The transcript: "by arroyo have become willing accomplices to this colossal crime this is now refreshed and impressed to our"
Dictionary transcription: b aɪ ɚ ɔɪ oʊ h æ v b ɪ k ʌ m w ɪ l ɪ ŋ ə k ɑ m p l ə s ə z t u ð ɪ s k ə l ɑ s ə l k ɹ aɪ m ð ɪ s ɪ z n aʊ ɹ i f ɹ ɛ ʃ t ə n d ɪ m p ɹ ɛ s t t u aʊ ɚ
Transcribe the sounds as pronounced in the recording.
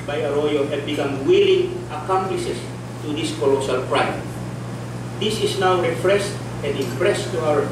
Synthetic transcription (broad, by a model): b aɪ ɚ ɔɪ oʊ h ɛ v b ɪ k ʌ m w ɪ l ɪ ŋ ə k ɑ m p l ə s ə s t u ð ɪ s k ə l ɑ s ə l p ɹ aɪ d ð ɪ s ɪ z n aʊ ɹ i f ɹ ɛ s t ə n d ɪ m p ɹ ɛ s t t u aʊ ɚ